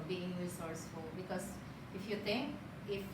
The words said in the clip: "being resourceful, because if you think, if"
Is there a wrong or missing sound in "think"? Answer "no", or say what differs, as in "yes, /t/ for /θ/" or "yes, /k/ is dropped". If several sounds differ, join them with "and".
yes, /t/ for /θ/